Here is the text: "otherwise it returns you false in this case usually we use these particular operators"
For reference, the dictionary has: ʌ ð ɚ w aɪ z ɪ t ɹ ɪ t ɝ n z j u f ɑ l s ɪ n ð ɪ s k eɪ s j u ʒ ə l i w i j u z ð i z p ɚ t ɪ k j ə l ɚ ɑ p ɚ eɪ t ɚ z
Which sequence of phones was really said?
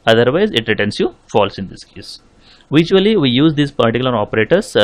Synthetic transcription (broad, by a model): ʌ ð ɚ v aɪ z ɪ t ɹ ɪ t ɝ n s j u f ɑ l s ɪ n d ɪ s k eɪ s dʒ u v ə l i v i j u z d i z p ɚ t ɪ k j l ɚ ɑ p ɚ eɪ t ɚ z